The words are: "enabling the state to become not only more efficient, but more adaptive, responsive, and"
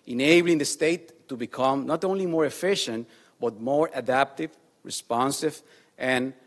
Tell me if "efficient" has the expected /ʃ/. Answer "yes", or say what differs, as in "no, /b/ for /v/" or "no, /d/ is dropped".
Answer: yes